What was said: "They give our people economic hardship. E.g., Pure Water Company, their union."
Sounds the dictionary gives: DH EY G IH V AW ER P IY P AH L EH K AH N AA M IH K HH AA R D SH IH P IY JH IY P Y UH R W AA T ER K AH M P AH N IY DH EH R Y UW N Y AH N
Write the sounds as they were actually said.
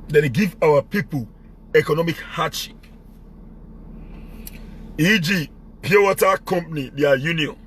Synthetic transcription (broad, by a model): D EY G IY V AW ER P IY P AH L EH K AH N AA M IH K HH AA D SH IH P IY JH IY P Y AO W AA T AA K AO M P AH N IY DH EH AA Y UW N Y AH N